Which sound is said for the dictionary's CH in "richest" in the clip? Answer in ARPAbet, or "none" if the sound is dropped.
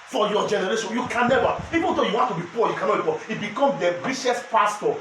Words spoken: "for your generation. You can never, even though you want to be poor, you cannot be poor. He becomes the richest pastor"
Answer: SH